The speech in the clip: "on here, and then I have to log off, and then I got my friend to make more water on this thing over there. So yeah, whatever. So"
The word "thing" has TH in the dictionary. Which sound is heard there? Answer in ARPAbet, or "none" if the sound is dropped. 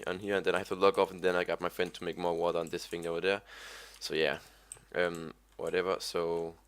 F